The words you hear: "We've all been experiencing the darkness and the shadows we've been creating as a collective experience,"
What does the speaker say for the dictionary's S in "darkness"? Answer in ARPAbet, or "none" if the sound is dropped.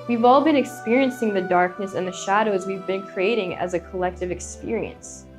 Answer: S